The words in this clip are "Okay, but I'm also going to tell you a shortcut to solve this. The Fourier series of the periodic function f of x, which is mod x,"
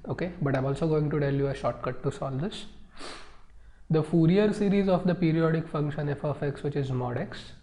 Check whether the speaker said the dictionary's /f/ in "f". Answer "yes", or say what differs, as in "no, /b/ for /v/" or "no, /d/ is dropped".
yes